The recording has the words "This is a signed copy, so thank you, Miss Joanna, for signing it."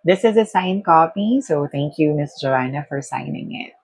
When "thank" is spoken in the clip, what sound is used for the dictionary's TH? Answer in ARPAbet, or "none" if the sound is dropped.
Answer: T